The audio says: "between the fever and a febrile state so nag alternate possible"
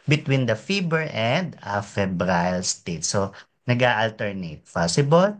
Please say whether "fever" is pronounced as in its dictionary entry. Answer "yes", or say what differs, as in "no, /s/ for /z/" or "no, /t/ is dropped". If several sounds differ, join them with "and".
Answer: no, /b/ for /v/